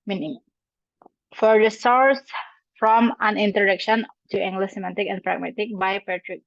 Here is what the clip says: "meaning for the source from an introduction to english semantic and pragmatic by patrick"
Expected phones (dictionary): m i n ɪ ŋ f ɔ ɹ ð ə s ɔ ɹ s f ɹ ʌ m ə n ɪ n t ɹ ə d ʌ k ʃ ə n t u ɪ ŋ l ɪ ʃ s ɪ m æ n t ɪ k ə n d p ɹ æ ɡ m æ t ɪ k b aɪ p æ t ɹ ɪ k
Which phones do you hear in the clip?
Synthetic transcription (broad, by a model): m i n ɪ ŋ f ɔ ɹ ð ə s ɔ ɹ s f ɹ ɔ m ə n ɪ n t ə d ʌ k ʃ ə n t u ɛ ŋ l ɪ s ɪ m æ t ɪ k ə n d p ɹ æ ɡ m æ t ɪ k b aɪ p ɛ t ɹ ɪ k